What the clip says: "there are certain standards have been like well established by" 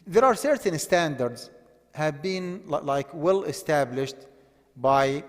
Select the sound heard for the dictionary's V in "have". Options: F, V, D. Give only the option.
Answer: V